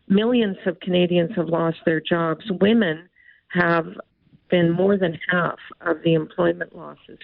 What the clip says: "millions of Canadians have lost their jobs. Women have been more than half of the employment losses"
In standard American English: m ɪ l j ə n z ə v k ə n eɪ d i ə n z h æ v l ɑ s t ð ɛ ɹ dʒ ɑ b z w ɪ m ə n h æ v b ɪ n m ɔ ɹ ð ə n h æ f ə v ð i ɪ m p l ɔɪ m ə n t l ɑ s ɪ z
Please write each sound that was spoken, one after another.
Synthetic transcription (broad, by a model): m ɪ l j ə n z ə v k ə n eɪ d i ə n z h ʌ v l ɑ s t ð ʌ ɹ dʒ ɑ b z w ɪ m ə n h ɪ v b ɪ n m ɔ ɹ ð ə n h æ f ə v ð i ɪ m p l ɔɪ m ə n t l ɑ s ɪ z